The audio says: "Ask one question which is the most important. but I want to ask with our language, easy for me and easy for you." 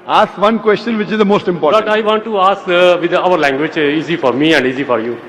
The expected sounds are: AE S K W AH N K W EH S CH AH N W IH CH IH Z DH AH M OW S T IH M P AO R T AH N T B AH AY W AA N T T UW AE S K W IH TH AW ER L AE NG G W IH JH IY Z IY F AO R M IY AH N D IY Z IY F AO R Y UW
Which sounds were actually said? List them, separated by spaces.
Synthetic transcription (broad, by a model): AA S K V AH N K W EH S CH AH N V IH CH IH Z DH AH M OW S T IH M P AO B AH T AY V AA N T T UW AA S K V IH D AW ER L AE NG G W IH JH IY Z IY F AO R M IY AH N D IY Z IY F AO R Y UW